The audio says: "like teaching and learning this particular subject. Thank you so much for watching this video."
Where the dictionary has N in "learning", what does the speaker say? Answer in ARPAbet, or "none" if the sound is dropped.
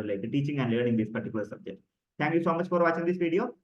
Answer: none